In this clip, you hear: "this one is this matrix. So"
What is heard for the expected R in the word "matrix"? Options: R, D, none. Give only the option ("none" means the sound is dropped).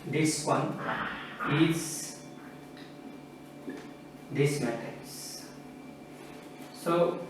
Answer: none